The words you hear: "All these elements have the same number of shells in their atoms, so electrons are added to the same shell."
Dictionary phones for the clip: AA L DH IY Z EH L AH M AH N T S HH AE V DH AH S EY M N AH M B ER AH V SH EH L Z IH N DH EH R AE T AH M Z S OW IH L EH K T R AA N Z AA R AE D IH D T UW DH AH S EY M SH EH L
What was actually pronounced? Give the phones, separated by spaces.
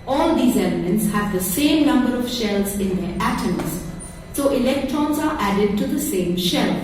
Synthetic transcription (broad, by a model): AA L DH IY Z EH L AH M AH N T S HH AE V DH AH S EY M N AH M B ER AH V SH EH L Z IH N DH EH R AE T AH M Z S OW IH L EH K T R AA N Z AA R AE D IH D T UW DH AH S EY M SH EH L